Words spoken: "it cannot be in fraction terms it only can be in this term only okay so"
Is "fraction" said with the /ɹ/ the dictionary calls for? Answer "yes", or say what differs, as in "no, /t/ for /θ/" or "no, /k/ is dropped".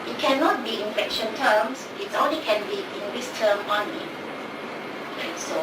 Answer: no, /ɹ/ is dropped